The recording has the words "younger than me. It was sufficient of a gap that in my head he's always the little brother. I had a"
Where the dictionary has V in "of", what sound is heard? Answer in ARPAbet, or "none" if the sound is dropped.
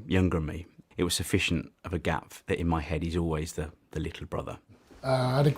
V